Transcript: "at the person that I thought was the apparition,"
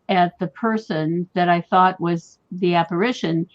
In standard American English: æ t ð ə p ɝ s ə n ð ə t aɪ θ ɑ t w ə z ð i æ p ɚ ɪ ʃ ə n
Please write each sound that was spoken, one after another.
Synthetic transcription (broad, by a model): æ t ð ə p ɝ s ə n ð ə t aɪ θ ɑ t w ə z ð i æ p ɚ ɪ ʃ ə n